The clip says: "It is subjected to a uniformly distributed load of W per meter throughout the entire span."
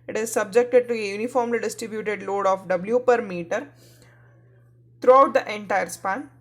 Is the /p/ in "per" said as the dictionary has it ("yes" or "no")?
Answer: yes